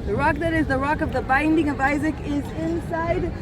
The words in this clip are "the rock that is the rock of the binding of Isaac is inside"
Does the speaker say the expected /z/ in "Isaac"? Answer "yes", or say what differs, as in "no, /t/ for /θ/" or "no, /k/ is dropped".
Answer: yes